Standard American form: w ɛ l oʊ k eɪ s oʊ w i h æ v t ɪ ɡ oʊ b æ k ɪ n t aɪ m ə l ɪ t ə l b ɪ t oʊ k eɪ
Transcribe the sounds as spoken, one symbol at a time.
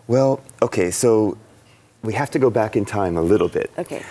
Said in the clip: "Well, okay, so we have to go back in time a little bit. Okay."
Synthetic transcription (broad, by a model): w ɛ l oʊ k eɪ s oʊ w i h æ f t ɪ ɡ oʊ b æ k ɪ n t aɪ m ə l ɪ t l b ɪ t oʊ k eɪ